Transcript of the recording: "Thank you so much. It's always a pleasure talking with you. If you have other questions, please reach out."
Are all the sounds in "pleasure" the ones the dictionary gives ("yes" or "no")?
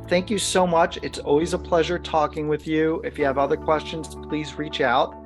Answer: yes